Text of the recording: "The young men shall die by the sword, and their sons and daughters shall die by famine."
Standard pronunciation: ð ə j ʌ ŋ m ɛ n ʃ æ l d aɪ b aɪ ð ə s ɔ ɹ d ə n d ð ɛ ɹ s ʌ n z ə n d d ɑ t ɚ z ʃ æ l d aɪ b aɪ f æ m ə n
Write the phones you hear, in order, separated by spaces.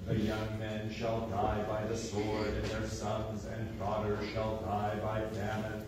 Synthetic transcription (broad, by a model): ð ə j ʌ ŋ m ɛ n ʃ æ l d aɪ b aɪ ð ə s ɔ ɹ d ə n ð ɛ ɹ s ʌ n z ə n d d ɑ t ɚ ʃ æ l d aɪ b aɪ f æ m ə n